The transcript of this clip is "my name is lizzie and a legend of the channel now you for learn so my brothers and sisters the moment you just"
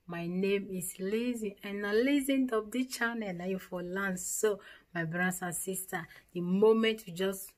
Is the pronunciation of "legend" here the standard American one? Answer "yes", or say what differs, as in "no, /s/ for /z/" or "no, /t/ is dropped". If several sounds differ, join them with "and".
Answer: no, /z/ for /dʒ/